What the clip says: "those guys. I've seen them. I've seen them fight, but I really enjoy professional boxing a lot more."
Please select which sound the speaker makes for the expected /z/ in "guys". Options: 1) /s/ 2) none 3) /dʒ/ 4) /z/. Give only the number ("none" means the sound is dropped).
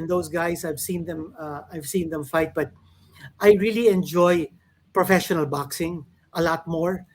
1